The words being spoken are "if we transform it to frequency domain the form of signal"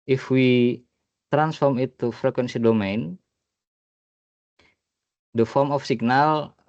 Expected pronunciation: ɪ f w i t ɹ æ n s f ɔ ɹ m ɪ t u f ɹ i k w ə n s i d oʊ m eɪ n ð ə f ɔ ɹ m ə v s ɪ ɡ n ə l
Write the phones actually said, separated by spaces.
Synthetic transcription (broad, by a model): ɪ f w i t ɹ æ n s f ɔ ɹ m ɪ t u f ɹ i k w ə n s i d oʊ m eɪ n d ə f ɔ ɹ m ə f s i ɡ n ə l